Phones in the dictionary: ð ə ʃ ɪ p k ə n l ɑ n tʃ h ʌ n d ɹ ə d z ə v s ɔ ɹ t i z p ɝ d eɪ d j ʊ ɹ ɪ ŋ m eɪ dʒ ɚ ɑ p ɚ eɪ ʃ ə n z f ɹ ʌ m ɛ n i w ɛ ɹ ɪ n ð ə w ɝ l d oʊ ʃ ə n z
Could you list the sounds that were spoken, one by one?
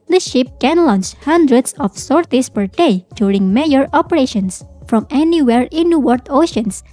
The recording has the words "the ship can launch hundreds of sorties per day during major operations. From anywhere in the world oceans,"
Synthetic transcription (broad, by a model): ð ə ʃ ɪ p k ə n l ɑ n tʃ h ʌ n d ɹ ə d s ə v s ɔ ɹ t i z p ɝ d eɪ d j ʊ ɹ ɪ ŋ m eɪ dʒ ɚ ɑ p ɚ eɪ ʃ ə n s f ɹ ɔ m ɛ n i w ɛ ɹ ɪ n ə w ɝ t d oʊ ʃ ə n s